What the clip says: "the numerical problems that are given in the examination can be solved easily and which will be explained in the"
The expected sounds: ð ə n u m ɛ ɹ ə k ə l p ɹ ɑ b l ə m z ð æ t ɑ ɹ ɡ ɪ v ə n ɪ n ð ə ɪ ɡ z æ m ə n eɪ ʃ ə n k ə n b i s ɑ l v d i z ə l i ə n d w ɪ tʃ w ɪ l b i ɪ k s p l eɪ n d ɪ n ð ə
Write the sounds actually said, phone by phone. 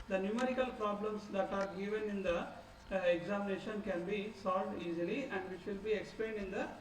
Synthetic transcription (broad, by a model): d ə n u m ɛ ɹ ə k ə l p ɹ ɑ b l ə m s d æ t ɑ ɹ ɡ ɪ v ə n ɪ n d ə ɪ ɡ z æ m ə n eɪ ʃ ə n k ə n b i s ɑ l v d i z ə l i ə n d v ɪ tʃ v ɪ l b i ɪ k s p l eɪ n d ɪ n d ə